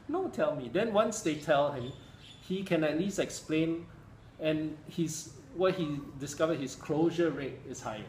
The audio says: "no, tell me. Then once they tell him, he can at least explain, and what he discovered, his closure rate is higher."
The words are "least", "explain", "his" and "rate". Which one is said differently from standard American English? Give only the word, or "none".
his